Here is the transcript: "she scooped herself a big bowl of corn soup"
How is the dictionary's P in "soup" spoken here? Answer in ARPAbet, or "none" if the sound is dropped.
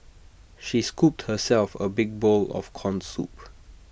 P